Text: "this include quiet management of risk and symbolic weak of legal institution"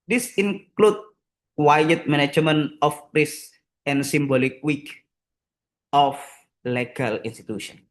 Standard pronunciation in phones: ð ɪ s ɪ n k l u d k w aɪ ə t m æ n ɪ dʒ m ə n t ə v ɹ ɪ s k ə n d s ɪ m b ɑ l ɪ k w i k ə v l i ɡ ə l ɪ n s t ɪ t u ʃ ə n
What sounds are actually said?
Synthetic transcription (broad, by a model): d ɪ s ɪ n k l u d w aɪ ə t m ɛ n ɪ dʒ m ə n ə f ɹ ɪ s ə n s ɪ m b ɑ l ɪ k w i k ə f l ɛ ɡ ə l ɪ n s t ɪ t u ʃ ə n